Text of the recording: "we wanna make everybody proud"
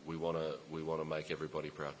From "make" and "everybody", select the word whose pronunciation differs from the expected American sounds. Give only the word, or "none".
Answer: none